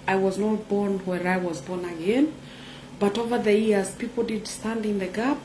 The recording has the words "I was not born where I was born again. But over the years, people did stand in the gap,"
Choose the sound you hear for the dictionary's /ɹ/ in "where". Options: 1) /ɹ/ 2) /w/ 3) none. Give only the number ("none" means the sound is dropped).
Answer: 1